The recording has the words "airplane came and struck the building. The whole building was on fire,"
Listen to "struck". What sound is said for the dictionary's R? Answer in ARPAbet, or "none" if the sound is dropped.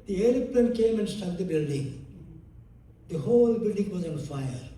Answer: none